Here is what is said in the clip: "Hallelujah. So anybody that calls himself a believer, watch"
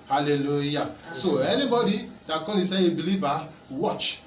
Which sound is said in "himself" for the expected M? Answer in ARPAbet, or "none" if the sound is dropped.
none